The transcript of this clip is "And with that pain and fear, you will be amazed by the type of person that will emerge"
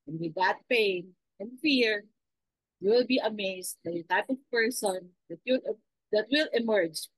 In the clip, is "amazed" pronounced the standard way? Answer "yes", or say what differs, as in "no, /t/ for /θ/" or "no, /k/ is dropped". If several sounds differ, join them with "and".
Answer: no, /s/ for /z/